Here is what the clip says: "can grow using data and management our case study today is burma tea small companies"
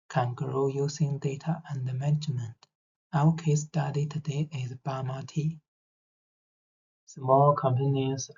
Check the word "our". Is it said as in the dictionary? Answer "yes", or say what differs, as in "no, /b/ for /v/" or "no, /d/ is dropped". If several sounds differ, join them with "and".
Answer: no, /w/ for /ɹ/